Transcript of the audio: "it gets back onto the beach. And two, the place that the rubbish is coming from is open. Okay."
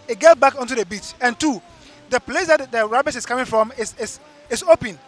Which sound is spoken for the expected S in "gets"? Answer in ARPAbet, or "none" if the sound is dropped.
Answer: none